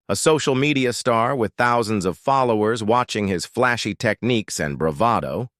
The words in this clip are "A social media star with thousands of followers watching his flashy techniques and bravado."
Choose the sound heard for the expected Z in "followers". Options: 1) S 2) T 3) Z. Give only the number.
3